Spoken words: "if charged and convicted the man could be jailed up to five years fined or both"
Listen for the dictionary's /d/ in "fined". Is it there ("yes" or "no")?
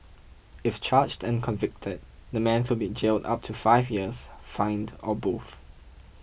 yes